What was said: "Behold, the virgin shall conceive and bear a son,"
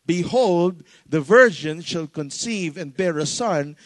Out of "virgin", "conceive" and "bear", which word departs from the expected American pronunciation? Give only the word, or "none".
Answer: none